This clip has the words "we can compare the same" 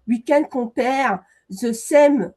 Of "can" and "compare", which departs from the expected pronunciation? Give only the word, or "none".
compare